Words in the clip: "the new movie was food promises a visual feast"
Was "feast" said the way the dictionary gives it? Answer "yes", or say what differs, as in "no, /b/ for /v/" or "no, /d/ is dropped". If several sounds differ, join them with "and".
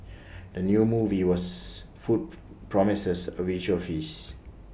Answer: no, /t/ is dropped